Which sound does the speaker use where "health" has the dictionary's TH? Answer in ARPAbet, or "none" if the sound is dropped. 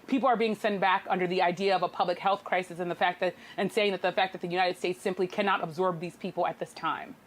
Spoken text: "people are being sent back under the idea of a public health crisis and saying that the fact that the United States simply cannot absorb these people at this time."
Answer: TH